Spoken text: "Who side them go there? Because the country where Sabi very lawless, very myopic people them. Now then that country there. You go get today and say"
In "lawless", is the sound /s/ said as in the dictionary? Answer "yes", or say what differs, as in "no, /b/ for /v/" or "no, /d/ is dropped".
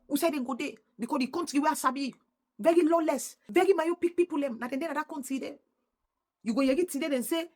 yes